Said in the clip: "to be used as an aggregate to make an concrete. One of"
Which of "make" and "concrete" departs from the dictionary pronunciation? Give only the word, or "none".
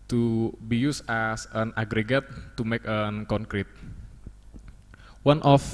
none